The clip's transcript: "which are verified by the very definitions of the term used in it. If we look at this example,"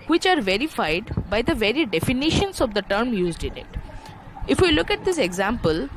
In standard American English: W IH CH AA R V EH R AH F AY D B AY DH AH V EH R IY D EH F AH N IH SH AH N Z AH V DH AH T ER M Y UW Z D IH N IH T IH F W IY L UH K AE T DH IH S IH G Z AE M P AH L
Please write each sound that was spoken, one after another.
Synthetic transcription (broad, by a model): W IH CH AA R V EH R AH F AY D B AY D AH V EH R IY D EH F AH N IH SH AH N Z AH V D AH T ER M Y UW Z D IH N IH T IH F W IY L UH K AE T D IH S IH G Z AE M P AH L